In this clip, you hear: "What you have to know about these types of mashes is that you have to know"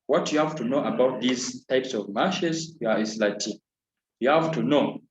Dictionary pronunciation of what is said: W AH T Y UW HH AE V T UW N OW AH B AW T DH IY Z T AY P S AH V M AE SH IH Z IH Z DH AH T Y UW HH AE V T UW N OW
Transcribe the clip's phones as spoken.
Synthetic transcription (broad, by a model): W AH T Y UW HH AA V T UW N OW AH B AW T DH IY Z T AY P S AH V M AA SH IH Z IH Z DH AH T Y UW HH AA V T UW N OW